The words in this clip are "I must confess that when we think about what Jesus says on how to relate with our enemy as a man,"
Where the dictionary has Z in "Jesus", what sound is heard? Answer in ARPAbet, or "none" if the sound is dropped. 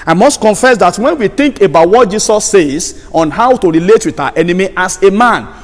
S